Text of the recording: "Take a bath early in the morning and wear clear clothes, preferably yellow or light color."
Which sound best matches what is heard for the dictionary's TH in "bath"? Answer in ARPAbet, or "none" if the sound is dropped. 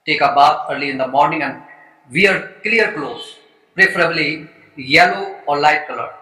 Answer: F